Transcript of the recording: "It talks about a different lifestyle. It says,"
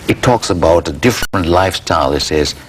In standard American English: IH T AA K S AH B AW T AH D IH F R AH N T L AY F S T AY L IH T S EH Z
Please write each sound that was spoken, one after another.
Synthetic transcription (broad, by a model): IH T AA K S AH B AW T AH D IH F R AH N T L AY F S T AY L IH T S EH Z